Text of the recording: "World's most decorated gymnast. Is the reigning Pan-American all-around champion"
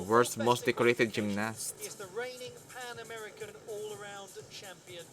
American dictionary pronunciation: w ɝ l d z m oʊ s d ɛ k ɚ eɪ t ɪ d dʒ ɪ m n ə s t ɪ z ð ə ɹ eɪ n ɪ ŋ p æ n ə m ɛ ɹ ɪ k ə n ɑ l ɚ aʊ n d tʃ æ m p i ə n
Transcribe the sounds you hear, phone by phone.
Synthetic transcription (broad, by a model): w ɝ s m oʊ s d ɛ k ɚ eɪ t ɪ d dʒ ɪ m n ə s ɪ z ð ə ɹ eɪ n ɪ ŋ p æ n ə m ɛ ɹ ɪ k ə n ɑ l ɚ aʊ n d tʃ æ m p i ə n